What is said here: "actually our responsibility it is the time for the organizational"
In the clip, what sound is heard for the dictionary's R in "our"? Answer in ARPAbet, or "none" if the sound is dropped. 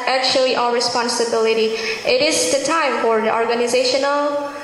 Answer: L